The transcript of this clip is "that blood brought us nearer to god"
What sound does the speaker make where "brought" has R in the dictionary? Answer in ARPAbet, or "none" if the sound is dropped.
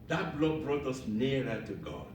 R